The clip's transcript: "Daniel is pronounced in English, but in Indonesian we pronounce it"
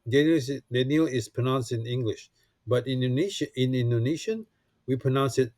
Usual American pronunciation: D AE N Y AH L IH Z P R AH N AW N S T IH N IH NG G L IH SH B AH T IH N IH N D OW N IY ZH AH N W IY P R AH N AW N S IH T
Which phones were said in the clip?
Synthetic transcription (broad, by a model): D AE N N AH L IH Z P R AH N AW N S T IH N IH NG G L IH SH B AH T IH N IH N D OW N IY SH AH N W IY P R AH N AW N S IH T